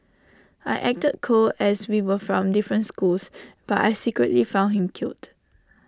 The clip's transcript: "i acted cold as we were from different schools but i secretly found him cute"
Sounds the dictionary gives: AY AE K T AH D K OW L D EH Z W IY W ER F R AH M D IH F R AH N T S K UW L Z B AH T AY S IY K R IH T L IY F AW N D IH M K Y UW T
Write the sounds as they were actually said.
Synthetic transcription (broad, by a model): AY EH K T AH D K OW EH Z W IY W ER F R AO M D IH F R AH N T S K UW L S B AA T AY S IY K R IH T L IY F AW N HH IH M K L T